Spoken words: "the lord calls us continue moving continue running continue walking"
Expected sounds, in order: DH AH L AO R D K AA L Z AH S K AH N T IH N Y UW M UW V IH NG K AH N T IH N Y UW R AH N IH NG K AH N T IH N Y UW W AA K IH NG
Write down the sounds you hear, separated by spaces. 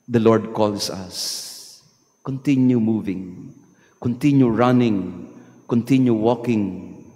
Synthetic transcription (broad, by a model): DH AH L AO R D K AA L S AH S K AH N T IH N Y UW M UW V IH NG K AH N T IH N Y UW R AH N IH NG K AH N T IH N Y UW W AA K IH NG